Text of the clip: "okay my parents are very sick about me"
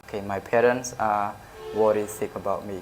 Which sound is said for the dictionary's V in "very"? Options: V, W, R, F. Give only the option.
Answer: W